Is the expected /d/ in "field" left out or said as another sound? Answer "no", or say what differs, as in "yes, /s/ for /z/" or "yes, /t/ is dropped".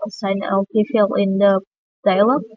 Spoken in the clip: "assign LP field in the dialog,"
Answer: yes, /d/ is dropped